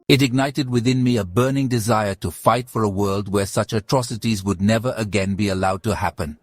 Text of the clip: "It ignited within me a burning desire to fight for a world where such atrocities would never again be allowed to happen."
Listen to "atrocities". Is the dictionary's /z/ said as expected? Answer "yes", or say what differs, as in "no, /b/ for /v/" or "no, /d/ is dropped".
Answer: yes